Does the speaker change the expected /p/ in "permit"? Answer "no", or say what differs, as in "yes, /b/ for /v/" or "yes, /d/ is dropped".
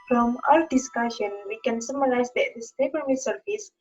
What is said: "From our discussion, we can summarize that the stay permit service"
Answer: yes, /b/ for /p/